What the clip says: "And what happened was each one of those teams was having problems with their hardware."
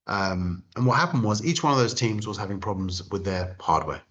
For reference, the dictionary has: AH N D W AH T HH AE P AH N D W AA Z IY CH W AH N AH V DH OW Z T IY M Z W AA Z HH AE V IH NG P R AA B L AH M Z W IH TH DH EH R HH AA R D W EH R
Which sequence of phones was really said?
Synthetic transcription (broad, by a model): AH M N W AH T HH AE P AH N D W AA Z IY CH W AH N AH V DH OW Z T IY M Z W AA Z HH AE V IH NG P R AA B L AH M Z W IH DH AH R HH AA D W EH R